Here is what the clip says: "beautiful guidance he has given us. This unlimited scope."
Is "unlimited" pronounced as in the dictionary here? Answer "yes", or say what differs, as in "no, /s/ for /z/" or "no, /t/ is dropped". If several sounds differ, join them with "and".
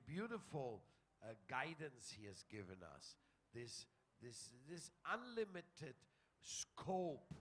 yes